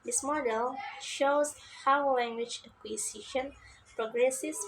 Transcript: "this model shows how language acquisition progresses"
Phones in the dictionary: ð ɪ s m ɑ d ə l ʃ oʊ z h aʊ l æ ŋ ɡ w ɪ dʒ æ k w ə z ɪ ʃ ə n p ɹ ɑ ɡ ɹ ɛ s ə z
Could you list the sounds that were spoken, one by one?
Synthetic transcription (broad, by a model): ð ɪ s m ɑ d ə l ʃ oʊ z h aʊ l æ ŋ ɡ w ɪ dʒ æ k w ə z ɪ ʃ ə n p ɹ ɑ ɡ ɹ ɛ s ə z